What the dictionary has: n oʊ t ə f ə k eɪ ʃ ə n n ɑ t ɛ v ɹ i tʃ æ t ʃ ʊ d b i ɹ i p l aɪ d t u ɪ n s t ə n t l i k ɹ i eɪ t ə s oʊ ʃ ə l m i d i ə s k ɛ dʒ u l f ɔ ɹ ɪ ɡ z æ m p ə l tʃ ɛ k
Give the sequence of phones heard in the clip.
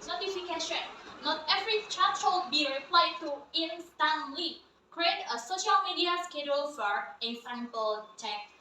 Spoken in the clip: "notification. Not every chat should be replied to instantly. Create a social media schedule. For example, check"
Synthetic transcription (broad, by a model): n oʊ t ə f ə k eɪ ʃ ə n n ɑ t ɛ v ɹ i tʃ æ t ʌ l b i ɹ i p l aɪ d t u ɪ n s t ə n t l i k ɹ i eɪ t ə s oʊ ʃ ə l m i d i ə s k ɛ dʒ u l f ɔ ɹ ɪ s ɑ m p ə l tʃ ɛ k